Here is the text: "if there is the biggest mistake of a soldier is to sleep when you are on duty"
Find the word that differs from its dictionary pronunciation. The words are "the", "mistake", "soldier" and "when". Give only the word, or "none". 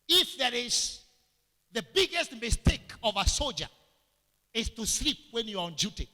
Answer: none